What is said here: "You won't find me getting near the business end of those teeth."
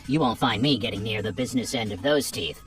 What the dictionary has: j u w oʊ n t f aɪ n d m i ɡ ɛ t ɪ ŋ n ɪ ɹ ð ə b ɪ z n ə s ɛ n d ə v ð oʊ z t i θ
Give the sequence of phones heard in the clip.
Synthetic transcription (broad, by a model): j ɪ w oʊ n t f aɪ n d m i ɡ ɛ t ɪ ŋ n ɪ ɹ ð ə b ɪ z n ə s ɛ n d ə v ð oʊ z t i θ